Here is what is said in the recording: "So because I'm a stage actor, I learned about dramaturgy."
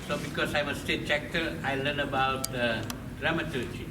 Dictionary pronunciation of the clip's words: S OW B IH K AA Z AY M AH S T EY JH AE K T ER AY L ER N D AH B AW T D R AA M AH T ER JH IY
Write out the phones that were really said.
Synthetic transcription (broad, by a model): S OW B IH K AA S AY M AH S T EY CH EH K T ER AY L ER N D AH B AW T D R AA M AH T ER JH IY